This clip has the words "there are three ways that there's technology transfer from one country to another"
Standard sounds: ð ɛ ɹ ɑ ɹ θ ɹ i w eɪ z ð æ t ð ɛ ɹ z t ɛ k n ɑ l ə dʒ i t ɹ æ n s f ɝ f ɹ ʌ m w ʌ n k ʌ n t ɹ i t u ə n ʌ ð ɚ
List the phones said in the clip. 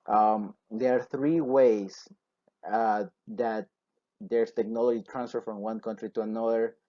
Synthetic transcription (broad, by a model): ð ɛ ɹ ɑ ɹ θ ɹ i w eɪ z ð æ t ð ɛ ɹ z t ɛ k n ɑ l ə dʒ i t ɹ æ n s f ɝ f ɹ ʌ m w ʌ n k ʌ n t ɹ i t u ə n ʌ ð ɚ